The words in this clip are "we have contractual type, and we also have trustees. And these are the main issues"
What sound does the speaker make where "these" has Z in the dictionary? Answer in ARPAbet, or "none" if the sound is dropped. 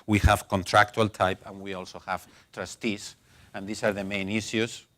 S